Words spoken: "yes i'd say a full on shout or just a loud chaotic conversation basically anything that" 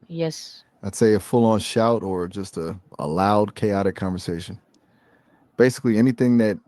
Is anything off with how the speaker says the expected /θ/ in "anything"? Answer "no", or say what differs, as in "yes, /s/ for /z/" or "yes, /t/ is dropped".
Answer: no